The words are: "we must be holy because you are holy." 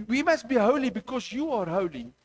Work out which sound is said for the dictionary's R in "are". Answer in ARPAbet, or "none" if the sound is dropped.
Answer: R